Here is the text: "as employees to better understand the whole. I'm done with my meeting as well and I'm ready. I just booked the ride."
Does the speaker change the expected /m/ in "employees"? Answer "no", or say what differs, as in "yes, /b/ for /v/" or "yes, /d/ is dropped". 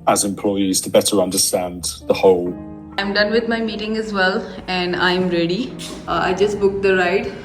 no